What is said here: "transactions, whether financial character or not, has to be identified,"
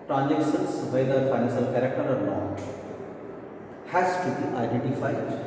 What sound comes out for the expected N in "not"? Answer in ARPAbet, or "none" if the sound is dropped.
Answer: L